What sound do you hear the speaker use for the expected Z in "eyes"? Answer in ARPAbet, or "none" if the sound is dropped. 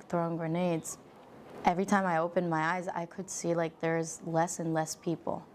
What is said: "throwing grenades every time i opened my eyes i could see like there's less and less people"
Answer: Z